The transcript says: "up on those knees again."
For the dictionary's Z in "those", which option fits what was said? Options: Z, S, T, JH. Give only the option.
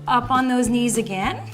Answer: Z